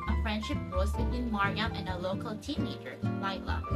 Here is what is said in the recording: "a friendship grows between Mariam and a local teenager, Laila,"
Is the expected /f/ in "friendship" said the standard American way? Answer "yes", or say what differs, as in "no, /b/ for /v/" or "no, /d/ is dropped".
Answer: yes